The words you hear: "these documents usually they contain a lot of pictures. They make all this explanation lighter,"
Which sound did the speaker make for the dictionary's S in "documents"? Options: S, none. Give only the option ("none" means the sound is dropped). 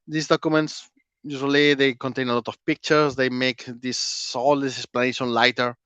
S